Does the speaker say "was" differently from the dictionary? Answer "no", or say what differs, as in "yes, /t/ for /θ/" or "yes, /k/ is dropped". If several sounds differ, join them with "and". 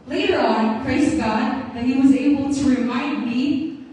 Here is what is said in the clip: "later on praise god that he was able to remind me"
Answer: no